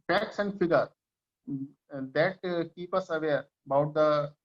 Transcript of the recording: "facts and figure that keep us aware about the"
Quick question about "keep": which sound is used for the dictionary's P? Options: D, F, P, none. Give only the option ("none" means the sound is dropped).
P